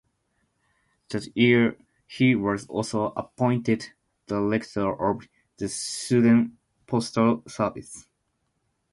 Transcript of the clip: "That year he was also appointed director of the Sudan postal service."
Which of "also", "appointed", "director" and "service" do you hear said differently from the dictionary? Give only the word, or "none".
director